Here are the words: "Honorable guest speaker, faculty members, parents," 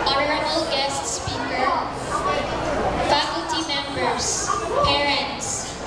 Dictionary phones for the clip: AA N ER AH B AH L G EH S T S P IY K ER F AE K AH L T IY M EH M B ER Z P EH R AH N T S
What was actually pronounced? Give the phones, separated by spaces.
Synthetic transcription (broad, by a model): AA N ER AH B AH L G EH S T S P IY K ER F AE K AH L T IY M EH M B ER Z P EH R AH N T S